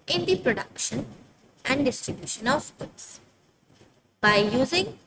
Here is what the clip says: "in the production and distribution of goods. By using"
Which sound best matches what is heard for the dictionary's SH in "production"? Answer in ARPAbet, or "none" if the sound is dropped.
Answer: SH